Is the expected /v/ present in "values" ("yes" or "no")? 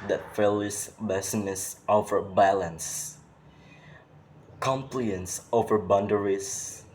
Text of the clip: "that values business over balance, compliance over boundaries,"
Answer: no